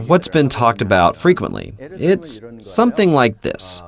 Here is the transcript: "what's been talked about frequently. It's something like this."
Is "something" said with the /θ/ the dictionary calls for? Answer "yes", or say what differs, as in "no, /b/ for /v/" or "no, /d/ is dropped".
yes